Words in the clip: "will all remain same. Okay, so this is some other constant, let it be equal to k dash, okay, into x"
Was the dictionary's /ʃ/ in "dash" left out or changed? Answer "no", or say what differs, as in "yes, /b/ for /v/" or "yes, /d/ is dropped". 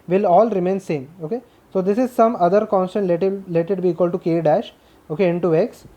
no